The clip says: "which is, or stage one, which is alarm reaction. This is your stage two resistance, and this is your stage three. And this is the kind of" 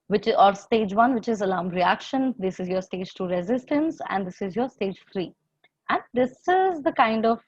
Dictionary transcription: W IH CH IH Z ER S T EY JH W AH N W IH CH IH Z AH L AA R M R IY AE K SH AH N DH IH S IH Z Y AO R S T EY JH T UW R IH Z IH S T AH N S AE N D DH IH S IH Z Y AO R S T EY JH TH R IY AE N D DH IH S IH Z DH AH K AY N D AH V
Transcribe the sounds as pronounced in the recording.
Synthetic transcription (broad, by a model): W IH CH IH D S T EY JH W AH N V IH CH IH Z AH L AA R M R IY AE K SH AH N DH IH S IH Z Y AO R S T EY JH T UW R IH Z IH S T AH N S AE N D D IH S IH Z Y AO R S T EY JH F R IY AE N D IH S IH Z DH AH K AY N D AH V